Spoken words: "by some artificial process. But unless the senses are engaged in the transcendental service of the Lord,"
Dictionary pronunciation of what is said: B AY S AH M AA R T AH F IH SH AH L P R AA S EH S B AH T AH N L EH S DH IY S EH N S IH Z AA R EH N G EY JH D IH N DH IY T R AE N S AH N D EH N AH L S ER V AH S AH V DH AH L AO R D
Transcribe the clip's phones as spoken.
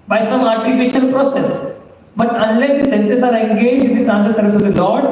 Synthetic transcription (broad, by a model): B AY S AH M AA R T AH P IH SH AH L P R AA S EH S B AH T AH N L EH S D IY S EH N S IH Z AA R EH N G EY JH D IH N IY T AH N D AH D S ER V AH S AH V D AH L AO R D